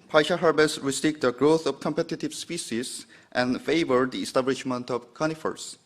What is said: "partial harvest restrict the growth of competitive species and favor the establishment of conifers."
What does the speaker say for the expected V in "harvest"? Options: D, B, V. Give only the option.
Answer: B